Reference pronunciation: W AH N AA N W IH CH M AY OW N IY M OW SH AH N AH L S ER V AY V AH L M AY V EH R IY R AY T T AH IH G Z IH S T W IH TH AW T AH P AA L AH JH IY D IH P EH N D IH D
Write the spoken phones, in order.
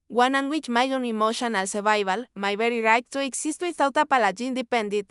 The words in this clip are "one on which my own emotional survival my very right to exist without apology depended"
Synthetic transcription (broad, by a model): W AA N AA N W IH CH M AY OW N IY M OW SH AH N AH L S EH B AY B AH L M AY B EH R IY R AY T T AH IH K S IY S T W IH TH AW T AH P AA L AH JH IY D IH P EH N D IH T